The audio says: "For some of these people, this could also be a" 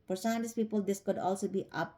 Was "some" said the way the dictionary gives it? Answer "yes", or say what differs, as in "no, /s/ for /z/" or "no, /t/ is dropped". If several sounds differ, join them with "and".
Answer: no, /m/ is dropped